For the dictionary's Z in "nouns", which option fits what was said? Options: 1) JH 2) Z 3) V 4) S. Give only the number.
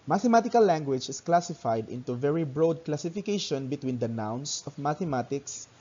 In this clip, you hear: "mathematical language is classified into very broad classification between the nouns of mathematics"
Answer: 4